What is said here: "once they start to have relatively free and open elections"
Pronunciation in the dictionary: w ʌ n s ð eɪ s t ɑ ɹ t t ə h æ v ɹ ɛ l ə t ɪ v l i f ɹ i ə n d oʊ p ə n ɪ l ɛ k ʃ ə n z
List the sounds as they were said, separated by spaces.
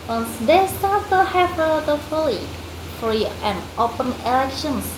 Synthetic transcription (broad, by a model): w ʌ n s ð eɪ s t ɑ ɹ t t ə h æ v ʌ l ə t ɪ f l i f ɹ i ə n oʊ p ə n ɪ l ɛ k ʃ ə n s